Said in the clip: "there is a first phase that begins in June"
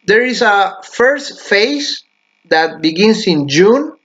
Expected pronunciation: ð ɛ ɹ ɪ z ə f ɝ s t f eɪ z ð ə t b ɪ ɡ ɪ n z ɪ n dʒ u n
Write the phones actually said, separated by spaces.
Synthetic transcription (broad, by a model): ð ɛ ɹ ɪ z ə f ɝ s t f eɪ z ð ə t b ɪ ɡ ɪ n s ɪ n dʒ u n